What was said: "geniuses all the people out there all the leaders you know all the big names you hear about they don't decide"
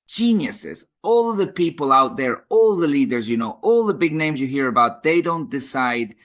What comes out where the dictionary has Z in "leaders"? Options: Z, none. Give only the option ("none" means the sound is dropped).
Z